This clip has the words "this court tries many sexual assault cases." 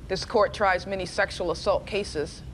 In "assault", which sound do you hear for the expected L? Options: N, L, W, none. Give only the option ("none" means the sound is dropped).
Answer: L